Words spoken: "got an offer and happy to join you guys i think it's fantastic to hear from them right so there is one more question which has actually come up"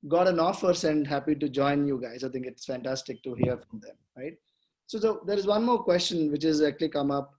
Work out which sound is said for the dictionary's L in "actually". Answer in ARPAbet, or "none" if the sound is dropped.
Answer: L